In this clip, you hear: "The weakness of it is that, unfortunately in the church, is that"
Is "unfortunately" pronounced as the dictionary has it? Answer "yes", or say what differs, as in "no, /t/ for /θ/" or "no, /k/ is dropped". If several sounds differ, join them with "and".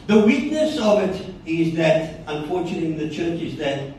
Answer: no, /l/ is dropped